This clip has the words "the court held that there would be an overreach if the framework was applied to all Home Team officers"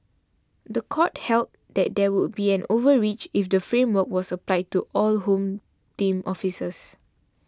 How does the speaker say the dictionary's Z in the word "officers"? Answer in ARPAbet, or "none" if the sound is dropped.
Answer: S